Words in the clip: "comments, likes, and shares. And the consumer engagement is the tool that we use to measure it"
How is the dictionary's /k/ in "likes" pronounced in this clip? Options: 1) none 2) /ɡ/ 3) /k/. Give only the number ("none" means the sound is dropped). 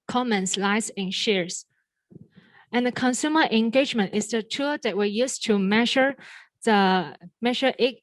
1